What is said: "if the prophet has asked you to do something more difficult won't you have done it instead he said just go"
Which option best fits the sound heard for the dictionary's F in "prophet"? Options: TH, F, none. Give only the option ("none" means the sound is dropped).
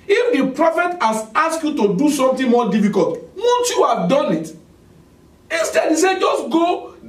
F